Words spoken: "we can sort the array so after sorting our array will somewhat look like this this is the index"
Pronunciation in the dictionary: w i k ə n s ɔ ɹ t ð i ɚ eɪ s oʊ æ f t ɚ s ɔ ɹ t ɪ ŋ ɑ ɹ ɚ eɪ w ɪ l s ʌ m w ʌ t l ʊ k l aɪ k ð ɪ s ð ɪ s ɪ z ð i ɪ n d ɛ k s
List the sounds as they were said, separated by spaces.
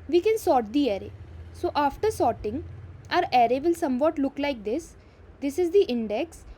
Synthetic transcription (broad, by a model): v i k ə n s ɔ ɹ t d i ɚ eɪ s oʊ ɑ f t ɚ s ɔ ɹ t ɪ ŋ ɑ ɹ ɚ eɪ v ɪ l s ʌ m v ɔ t l ʊ k l aɪ k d ɪ s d ɪ s ɪ z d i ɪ n d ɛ k s